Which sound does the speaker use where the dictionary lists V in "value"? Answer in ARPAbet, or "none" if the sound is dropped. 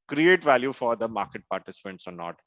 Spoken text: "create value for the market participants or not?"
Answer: V